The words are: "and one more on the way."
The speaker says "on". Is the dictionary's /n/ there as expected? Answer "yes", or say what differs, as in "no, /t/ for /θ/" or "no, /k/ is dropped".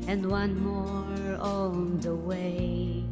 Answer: no, /l/ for /n/